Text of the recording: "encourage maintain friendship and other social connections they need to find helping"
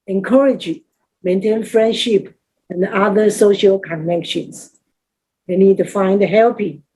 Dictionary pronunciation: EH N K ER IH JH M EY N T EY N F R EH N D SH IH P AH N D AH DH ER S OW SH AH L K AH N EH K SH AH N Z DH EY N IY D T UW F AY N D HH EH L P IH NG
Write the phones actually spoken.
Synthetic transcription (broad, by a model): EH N K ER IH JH M EY N T EY N F R EH N D SH IH P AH N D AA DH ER S OW SH AH L K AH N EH K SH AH N S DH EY N IY D T UW F AY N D HH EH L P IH